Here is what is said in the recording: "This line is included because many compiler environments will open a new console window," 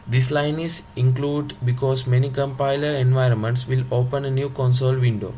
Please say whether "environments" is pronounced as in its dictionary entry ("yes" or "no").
yes